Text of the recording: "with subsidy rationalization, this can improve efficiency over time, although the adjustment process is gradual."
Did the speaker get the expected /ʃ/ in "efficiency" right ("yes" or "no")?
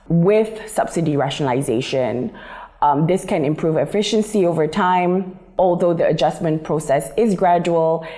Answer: yes